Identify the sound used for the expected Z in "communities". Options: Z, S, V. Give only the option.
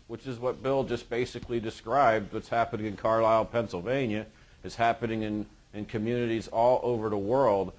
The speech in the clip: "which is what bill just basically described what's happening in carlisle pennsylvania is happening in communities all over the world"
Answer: Z